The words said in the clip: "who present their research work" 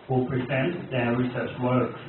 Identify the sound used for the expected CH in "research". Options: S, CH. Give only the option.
S